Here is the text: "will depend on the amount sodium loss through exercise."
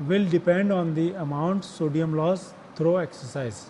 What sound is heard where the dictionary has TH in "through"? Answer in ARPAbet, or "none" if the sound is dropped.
T